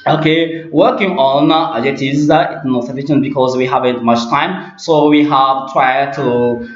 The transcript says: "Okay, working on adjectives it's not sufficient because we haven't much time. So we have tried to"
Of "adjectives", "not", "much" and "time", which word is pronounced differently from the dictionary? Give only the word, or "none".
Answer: adjectives